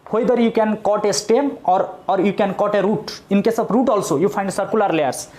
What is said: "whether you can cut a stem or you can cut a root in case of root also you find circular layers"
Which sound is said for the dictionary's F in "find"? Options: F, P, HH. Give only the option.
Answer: P